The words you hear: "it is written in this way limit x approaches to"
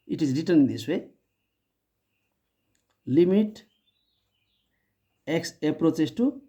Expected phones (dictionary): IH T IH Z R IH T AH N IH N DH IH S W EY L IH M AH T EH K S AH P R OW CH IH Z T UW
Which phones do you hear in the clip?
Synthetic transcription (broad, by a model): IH T IH Z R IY T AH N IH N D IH S W EY L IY M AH T EH K S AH P R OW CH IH S T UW